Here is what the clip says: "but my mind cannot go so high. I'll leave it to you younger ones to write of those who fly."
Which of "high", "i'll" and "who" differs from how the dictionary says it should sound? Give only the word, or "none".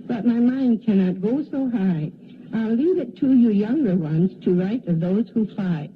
none